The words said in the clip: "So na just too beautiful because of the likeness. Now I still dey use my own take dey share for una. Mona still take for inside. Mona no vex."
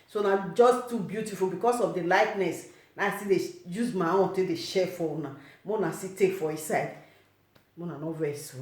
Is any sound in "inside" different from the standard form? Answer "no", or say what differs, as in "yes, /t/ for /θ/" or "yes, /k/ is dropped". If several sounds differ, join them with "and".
yes, /n/ is dropped